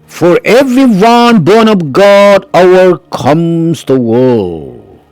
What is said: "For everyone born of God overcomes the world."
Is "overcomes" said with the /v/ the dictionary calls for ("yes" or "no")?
no